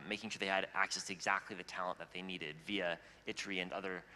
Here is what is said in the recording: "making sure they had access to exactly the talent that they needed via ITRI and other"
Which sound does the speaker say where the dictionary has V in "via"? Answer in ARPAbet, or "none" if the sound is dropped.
V